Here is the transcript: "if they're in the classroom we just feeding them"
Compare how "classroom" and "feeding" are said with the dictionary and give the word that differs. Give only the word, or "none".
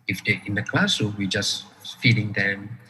classroom